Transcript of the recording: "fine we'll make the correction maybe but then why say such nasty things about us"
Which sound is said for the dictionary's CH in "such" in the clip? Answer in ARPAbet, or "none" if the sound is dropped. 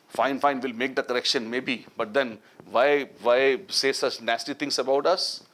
S